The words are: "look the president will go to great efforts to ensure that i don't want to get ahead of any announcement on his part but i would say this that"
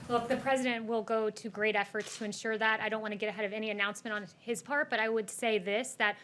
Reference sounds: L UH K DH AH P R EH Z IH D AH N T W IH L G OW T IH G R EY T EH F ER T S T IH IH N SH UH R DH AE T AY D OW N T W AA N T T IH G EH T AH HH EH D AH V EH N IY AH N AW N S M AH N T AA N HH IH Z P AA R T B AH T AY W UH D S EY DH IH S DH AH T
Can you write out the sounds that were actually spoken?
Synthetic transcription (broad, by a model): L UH K DH AH P R EH Z IH D AH N T W IH L G OW T IH G R EY T EH F ER T S T IH IH N SH UH R DH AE T AY D OW N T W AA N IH G EH T AH HH EH D AH V EH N IY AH N AW N S M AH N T N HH IH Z P AA R T B AH T AY W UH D S EY DH IH S DH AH T